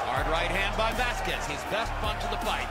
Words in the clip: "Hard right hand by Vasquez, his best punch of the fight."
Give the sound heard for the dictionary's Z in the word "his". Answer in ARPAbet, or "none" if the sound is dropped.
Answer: Z